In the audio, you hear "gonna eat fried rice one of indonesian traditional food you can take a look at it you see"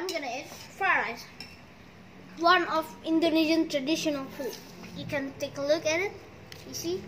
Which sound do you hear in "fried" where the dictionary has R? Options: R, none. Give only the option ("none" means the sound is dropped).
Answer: none